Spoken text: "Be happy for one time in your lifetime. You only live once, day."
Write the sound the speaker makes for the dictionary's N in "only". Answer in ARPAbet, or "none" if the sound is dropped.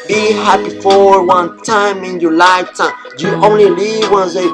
N